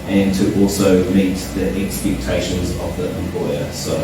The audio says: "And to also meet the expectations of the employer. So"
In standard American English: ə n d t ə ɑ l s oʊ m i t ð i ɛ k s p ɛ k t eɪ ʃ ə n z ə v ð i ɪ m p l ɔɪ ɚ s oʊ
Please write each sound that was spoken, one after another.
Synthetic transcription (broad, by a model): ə n t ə ɑ l s oʊ m i t ð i ɛ k s p ɛ k t eɪ ʃ ə n z ə v ð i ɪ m p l ɔɪ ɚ s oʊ